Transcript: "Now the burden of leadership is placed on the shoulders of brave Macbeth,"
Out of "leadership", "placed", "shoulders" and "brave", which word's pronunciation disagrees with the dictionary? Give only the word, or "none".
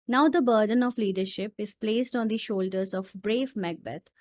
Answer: none